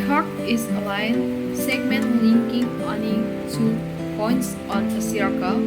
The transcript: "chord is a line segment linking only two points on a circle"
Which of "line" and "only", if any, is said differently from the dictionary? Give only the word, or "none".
only